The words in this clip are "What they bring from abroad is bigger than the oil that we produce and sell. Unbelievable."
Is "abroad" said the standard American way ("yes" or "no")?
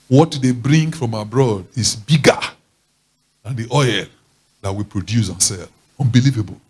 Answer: yes